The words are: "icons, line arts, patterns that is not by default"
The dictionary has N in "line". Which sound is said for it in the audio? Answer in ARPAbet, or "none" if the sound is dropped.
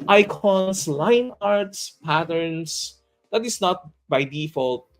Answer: N